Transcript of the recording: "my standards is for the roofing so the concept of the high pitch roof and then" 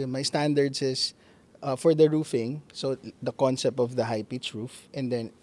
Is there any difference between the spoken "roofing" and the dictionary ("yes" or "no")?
no